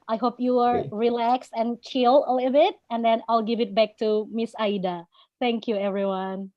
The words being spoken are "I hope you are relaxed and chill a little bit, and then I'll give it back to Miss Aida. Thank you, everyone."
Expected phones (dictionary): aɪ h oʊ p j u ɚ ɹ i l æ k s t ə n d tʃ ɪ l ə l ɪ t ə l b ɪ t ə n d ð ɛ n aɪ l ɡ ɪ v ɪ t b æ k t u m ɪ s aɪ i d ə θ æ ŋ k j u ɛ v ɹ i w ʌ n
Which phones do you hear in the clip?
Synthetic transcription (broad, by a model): aɪ h oʊ p j u ɚ ɹ i l æ k s t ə n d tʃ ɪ l ə l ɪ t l b ɪ t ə n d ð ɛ n aɪ l ɡ ɪ v ɪ t b æ k t u m ɪ s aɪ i d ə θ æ ŋ k j u ɛ v ɹ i w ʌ n